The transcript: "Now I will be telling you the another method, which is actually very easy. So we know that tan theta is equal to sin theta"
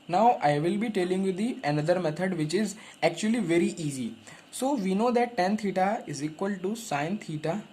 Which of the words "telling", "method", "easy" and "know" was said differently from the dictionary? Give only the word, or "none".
method